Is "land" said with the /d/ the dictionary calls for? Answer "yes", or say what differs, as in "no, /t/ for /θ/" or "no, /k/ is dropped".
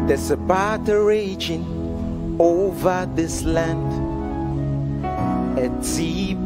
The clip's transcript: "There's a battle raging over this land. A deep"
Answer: yes